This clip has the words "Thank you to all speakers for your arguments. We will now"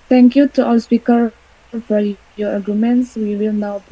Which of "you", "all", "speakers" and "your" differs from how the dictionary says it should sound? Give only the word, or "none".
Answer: speakers